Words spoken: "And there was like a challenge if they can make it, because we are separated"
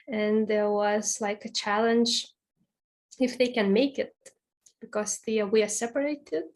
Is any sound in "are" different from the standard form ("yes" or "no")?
yes